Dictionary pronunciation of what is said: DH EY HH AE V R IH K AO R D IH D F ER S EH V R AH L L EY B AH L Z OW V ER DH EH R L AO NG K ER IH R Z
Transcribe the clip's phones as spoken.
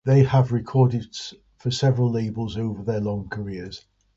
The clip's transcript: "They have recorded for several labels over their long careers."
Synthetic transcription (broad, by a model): DH EY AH V R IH K AO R D IH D F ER S EH V R AH L L EY B AH L Z OW V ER DH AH L AO NG K ER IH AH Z